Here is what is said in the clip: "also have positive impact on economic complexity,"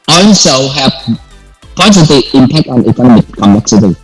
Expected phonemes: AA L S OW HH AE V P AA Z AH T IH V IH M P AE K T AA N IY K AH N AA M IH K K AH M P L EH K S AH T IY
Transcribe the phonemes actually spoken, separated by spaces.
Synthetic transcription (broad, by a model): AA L S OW HH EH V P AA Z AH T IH IH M P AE K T AA N IY K AH N AA M IH K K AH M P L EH K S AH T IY